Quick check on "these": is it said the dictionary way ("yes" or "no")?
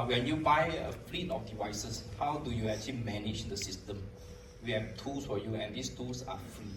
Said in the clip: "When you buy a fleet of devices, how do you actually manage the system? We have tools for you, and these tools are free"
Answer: no